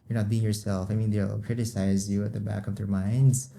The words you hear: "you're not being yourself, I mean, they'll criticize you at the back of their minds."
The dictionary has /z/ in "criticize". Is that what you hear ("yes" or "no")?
yes